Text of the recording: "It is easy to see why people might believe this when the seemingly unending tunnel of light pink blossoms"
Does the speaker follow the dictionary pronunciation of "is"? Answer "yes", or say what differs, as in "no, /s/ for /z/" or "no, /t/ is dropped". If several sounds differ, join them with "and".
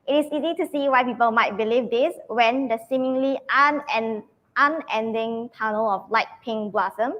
no, /s/ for /z/